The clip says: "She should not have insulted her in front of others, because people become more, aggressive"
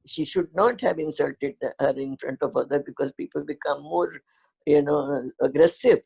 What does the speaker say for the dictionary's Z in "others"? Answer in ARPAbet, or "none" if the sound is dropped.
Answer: none